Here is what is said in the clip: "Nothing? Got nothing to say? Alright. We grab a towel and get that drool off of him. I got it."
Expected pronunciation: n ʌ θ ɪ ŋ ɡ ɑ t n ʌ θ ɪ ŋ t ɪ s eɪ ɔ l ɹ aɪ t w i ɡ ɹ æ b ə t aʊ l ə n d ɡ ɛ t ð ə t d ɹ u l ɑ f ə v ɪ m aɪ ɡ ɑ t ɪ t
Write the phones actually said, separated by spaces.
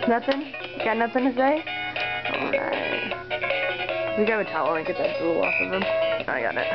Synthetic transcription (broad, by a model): n ʌ θ ɪ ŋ ɡ ɑ t n ʌ θ ɪ ŋ t ɪ s eɪ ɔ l ɹ aɪ t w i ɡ ɑ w ə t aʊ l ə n ɡ ɛ t ð ə t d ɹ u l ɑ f ə v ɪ m aɪ ɡ ɑ t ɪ t